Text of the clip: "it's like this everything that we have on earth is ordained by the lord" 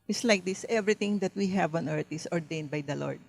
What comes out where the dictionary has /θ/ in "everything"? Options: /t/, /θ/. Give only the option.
/t/